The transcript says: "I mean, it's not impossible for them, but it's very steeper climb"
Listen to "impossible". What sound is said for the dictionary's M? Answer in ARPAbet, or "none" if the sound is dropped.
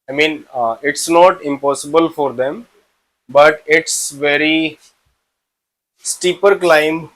M